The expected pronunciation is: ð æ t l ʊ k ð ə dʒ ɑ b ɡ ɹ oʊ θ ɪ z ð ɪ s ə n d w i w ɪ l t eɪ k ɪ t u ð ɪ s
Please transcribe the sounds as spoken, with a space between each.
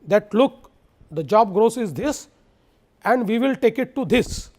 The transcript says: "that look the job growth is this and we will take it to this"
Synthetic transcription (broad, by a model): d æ t l ʊ k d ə dʒ ɑ b ɡ ɹ oʊ s ɪ z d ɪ s ə n d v i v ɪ l t eɪ k ɪ t u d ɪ s